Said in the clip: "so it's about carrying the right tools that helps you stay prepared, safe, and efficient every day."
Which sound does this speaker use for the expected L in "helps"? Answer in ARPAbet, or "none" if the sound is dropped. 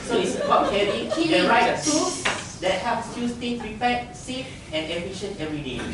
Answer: none